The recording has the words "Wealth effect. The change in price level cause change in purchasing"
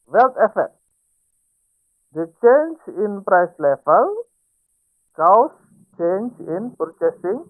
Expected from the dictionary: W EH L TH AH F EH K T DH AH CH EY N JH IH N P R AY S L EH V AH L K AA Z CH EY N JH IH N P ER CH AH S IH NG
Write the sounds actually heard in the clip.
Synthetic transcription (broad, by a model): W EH L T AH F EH T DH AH CH EY N JH IH N P R AY S L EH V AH L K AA S CH EY N JH IH N P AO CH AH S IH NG